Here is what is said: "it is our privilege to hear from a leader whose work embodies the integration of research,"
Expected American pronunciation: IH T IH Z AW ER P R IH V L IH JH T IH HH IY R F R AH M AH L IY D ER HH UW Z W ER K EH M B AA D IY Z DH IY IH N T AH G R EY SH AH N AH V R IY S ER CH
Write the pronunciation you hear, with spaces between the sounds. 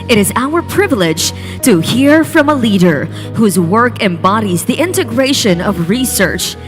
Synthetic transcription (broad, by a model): IH T IH Z AW ER P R IH V L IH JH T IH HH IY R F R AH M AH L IY D ER HH UW Z W ER K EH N B AA D IY Z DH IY IH N T AH G R EY SH AH N AH V R IY S ER CH